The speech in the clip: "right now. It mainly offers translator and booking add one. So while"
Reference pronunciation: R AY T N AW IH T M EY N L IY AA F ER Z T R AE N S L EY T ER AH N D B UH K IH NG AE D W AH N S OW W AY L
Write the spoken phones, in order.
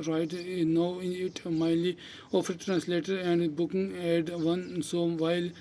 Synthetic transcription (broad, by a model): R AY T N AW IH T M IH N L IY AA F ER T R AE N S L EY T ER AH N D B UH K IH NG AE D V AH N S OW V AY L